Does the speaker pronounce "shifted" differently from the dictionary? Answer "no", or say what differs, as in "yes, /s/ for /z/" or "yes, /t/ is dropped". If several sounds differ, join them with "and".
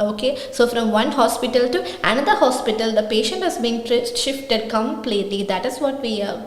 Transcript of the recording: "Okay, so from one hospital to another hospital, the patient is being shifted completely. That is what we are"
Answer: no